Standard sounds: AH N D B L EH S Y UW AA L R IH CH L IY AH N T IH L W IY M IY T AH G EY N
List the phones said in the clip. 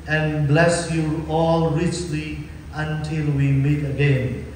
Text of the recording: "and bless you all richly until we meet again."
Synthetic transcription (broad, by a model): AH N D B L EH S Y UW AA L R IH CH L IY AH N T IH L W IY M IY T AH G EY N